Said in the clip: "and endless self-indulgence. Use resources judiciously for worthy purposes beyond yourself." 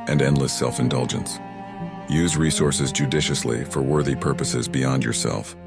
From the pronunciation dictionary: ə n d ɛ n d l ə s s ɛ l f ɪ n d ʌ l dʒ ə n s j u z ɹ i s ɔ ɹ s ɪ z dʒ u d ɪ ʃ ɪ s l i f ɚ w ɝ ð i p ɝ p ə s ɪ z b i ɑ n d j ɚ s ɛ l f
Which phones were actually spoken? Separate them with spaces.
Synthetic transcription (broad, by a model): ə n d ɛ n d l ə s s ɛ l f ɪ n d ʌ l dʒ ə n s j u z ɹ i s ɔ ɹ s ɪ z dʒ u d ɪ ʃ ɪ s l i f ɚ w ɝ ð i p ɝ p ə s ɪ z b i ɑ n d j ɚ s ɛ l f